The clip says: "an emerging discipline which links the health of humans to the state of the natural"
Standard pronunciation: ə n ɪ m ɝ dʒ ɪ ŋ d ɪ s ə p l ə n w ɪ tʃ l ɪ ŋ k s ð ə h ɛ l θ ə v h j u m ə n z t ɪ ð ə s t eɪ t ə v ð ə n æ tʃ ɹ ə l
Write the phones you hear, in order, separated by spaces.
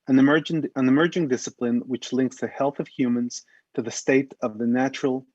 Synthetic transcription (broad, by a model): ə n ɪ m ɝ dʒ ɪ ŋ d ɪ s ə p l ə n w ɪ tʃ l ɪ ŋ k s ð ə h ɛ l θ ə v h j u m ə n z t ɪ ð ə s t eɪ t ə v ð ə n æ tʃ ɹ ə l